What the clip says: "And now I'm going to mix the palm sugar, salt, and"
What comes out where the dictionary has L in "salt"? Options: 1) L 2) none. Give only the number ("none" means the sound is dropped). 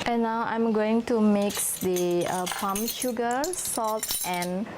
1